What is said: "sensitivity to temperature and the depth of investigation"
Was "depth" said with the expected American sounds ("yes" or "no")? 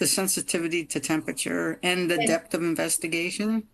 yes